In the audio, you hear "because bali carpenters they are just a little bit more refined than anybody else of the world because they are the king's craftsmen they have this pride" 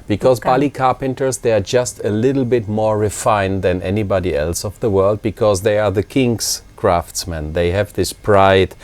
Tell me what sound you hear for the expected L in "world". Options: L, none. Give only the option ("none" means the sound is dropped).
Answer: L